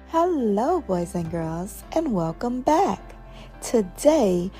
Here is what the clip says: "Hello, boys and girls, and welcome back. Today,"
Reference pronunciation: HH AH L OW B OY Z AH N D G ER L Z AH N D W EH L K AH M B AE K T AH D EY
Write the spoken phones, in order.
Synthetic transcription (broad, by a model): HH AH L OW B OY Z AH N G ER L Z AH N W EH L K AH M B AE K T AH D EY